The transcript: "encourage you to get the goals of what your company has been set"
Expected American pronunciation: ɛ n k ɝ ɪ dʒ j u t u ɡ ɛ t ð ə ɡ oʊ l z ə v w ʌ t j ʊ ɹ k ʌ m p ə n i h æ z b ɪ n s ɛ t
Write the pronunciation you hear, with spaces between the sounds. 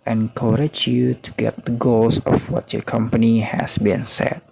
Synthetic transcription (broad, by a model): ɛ n k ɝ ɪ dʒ j u t u ɡ ɛ t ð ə ɡ oʊ l s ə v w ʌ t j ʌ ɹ k ʌ m p ə n i h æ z b ɪ n s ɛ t